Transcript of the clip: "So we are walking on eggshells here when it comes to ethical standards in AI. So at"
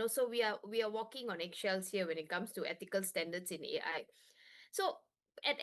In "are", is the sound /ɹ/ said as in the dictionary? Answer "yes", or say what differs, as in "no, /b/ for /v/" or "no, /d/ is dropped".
no, /w/ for /ɹ/